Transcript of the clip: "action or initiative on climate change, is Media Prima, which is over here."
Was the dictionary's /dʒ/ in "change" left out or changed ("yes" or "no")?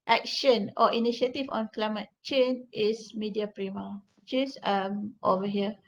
yes